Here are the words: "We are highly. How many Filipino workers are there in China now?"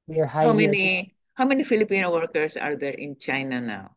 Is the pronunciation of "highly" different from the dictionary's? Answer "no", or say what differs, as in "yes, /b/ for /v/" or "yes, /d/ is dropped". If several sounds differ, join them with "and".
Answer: yes, /n/ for /l/